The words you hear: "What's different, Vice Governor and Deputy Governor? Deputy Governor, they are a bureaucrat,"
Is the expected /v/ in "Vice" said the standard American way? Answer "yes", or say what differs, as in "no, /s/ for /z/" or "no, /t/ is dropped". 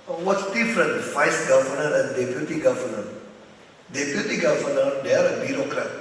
no, /f/ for /v/